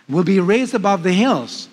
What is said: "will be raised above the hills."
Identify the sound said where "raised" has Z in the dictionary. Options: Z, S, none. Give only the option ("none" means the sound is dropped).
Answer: Z